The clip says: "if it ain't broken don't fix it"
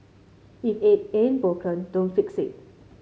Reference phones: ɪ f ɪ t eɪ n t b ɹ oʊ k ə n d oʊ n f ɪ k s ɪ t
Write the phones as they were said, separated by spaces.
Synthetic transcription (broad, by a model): ɪ f ɪ t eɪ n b oʊ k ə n d oʊ n f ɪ k s ɪ t